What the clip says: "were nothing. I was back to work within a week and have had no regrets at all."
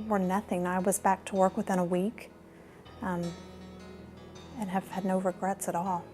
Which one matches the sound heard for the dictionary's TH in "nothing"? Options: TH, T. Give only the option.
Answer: TH